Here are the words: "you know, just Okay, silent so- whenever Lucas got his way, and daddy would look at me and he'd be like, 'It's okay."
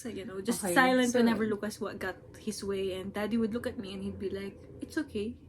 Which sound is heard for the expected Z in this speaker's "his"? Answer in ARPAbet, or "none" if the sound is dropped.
S